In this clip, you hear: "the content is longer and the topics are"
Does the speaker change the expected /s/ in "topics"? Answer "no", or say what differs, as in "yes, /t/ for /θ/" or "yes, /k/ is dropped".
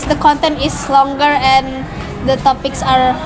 no